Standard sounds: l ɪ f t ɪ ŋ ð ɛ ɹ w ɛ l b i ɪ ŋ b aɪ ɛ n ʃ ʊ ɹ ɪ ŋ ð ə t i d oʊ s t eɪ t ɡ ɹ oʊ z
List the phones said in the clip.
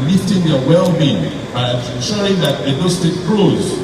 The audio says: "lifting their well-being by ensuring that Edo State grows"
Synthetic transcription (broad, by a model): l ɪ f t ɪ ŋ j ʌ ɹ w ɛ l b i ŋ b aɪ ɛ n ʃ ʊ ɹ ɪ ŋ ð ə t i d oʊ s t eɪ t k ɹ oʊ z